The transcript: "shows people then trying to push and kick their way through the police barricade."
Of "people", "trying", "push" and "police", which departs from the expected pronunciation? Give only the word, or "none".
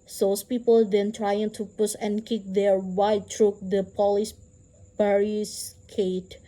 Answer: push